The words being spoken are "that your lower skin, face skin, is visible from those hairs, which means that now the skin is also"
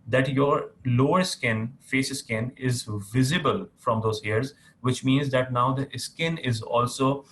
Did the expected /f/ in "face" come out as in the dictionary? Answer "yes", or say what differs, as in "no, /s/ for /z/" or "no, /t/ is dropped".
yes